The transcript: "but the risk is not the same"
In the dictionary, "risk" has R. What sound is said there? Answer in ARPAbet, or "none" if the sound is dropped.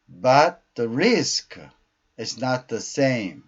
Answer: R